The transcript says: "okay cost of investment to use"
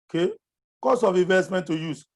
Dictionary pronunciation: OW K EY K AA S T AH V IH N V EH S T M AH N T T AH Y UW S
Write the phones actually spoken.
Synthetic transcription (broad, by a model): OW K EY K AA S AH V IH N V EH S T M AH N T T AH Y UW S